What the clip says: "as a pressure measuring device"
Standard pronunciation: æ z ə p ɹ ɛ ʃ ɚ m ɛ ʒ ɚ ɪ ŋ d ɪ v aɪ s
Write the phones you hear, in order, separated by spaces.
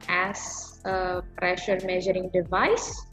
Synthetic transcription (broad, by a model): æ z ə p ɹ ɛ ʃ ɚ m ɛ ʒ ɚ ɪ ŋ d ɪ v aɪ s